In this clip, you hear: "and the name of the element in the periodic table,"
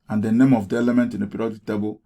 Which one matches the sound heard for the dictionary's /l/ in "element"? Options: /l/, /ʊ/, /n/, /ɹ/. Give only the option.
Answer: /l/